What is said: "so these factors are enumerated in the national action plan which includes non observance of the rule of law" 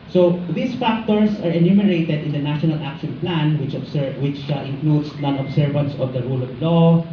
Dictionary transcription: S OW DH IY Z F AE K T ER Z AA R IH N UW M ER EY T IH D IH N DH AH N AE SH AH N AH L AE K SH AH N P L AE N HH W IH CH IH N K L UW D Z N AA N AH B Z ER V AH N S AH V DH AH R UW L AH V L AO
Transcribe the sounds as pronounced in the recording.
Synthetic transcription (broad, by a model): S OW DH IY S F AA K T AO S AA R IH N UW M ER EY T IH D IH N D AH N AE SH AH N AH L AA K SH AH N P L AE N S W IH CH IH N K L UW D S N AA N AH B S ER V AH N S AH V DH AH R UW L AH V L AO